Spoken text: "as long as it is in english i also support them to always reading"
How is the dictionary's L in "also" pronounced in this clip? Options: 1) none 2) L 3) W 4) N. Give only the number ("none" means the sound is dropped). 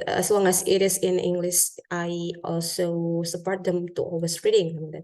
2